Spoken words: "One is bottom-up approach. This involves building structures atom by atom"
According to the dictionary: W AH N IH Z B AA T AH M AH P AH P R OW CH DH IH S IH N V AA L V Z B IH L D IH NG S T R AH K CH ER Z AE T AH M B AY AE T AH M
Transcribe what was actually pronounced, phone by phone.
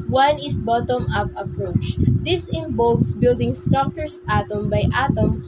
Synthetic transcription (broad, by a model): W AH N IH S B AA T AH M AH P AH P R OW CH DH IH S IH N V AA L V S B IH L D IH NG S T R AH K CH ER S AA T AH M B AY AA T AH M